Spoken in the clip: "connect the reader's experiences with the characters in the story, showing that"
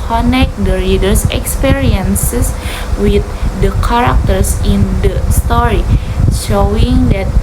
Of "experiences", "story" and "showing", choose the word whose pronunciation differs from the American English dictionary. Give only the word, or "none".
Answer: experiences